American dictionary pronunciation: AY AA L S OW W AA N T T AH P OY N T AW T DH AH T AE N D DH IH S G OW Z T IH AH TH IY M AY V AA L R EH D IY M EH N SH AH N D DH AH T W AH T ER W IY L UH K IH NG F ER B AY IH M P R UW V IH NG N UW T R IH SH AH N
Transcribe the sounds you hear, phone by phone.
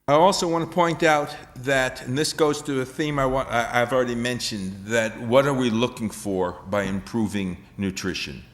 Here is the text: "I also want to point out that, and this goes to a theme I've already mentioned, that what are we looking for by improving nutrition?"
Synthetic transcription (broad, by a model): AY AA L S OW W AA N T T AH P OY N T AW T DH AH T N DH IH S G OW Z T IH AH TH IY M AY W AA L R EH D IY M EH N SH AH N DH AH T W AH T ER W IY L UH K IH NG F ER B AY IH M P R UW V IH NG N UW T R IH SH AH N